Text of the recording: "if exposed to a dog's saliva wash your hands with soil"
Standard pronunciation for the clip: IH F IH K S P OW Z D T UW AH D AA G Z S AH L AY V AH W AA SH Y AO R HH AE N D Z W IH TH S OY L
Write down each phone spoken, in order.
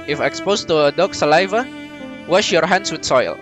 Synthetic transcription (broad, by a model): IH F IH K S P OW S T UW AH D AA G S AH L AY V AH W AA SH Y AO R HH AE N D S W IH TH S OY L